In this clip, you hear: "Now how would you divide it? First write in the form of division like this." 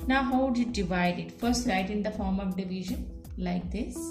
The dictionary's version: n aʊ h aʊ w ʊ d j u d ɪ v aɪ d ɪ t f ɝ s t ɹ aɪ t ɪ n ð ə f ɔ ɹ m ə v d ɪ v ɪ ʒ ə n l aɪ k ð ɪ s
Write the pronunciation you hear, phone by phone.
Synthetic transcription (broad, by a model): n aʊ h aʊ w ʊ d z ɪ d ɪ v aɪ d ɪ t f ɝ s t l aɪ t ɪ n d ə f ɔ ɹ m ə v d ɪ v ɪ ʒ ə n l aɪ k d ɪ s